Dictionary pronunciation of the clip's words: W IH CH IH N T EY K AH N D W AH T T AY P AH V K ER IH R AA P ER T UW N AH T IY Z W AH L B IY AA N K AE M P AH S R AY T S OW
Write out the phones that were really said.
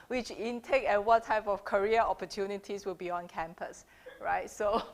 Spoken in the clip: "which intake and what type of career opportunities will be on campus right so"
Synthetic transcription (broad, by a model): W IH CH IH N T EY K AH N W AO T T AY P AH F K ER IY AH AA P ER T UW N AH T IY S W AH L B IY AA N K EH M P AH S R AY T S OW